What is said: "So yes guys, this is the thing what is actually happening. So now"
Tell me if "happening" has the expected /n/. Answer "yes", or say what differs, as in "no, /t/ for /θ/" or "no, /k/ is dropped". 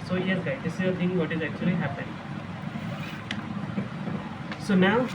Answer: no, /n/ is dropped